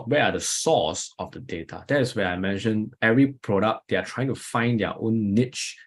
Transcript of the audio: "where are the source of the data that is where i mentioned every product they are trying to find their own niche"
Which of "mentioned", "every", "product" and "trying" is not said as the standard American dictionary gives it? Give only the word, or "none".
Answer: mentioned